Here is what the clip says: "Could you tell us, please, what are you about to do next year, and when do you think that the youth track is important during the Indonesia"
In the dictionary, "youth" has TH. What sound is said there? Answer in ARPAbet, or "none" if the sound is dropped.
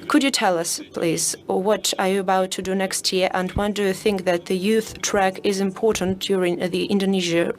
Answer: TH